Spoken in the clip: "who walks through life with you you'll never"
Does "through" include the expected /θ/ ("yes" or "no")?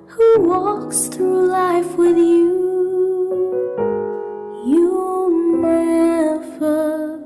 yes